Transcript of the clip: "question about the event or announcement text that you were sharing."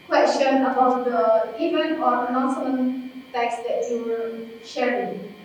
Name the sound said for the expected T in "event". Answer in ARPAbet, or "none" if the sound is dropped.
none